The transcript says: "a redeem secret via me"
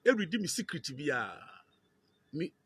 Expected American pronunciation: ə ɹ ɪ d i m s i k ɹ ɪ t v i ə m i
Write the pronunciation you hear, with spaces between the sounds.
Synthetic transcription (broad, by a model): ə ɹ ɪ d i m s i k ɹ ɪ t b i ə m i